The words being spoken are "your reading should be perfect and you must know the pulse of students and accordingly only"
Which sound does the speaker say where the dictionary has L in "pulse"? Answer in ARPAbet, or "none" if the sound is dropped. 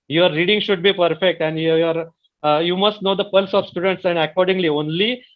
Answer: L